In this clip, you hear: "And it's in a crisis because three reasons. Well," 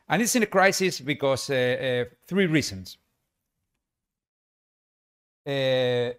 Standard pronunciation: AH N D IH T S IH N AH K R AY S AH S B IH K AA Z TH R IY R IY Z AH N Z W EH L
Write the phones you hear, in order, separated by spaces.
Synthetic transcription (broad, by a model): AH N IH T S IH N AH K R AY S AH S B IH K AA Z TH R IY R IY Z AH N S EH